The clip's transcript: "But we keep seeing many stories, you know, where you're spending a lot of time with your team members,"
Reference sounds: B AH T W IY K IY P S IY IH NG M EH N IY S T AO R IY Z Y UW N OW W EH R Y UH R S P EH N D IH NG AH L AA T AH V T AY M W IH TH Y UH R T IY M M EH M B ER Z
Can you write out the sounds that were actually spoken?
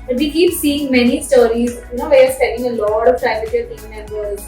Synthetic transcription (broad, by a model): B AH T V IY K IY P S IY IH NG M EH N IY S T AO R IY Z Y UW N OW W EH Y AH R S EH D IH NG AH L AA T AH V T AY M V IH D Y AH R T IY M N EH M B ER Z